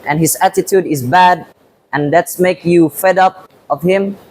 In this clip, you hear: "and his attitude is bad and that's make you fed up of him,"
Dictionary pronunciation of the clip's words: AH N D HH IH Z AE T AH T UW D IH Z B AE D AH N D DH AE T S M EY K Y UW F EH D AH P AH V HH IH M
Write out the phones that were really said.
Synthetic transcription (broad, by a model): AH N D HH IH Z AE T AH T UW D IH Z B AE D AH N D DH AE T S M EY K Y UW F EH D AH P AH V HH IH M